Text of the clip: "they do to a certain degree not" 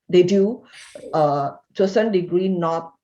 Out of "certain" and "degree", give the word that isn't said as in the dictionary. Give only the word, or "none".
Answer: certain